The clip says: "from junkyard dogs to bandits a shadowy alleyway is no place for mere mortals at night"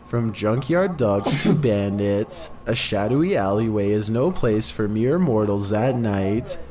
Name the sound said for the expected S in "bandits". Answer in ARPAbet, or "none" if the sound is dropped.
S